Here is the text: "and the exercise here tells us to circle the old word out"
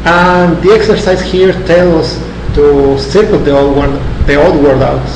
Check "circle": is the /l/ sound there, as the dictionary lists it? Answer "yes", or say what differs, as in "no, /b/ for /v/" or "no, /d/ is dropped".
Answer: no, /w/ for /l/